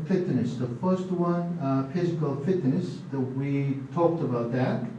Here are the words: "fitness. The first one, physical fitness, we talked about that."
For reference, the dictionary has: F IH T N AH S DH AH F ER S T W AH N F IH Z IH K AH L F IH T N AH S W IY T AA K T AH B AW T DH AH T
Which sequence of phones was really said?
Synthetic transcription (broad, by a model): F IH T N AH S DH AH F ER S T W AH N F IH Z IH K AH L F IH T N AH S W IY T AA K T AH B AW T DH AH T